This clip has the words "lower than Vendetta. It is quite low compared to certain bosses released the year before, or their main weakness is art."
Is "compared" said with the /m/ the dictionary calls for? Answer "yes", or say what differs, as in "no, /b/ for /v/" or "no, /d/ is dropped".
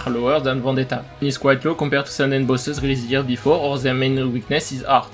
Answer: no, /m/ is dropped